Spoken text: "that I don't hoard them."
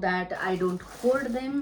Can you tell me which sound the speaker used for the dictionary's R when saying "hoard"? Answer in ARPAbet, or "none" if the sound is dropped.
L